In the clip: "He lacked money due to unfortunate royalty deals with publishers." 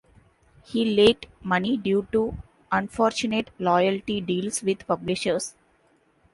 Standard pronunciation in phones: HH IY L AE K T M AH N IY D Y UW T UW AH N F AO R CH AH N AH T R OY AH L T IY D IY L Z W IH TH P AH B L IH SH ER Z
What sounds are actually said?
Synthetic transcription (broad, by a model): HH IY L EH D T M AH N IY D Y UW T UW AH N F AO R CH AH N AH T L OY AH L T IY D IY L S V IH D P AH B L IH SH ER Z